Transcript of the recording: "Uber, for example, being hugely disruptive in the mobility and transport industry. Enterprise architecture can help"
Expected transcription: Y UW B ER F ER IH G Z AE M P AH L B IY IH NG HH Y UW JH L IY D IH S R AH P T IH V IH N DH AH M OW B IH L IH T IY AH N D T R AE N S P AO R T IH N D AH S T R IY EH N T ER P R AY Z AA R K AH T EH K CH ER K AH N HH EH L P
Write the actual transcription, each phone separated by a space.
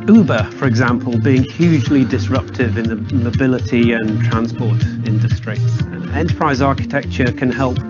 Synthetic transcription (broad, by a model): UW B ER F ER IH G Z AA M P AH L B IY IH NG HH Y UW JH L IY D IH S R AH P T IH V IH N DH AH M OW B IH L IH T IY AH N T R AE N S P AO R T IH N D AH S T R IY EH N T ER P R AY Z AA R K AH T EH K CH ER K AH N HH EH L P